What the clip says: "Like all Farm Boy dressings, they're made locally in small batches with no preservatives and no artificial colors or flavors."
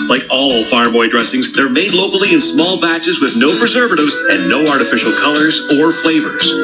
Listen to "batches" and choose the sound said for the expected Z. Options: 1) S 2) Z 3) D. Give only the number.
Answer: 2